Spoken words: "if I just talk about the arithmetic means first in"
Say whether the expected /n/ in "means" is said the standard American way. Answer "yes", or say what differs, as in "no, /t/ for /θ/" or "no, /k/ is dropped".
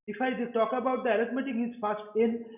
no, /n/ is dropped